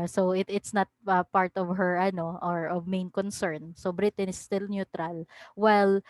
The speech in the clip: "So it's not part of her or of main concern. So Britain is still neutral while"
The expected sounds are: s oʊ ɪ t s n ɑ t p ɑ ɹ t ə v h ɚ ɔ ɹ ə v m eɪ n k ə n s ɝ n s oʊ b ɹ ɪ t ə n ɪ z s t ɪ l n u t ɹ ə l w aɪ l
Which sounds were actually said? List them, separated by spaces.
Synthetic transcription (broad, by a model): s oʊ ɪ t s n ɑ t p ɑ ɹ t ə v h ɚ ɔ ɹ ə v m eɪ n k ə n s ɝ n s oʊ b ɹ ɪ t ə n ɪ s t ɪ l n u t ɹ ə l w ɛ l